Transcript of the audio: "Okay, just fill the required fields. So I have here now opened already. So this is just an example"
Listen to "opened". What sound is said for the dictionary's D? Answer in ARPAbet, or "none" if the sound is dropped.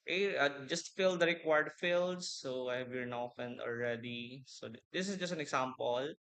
none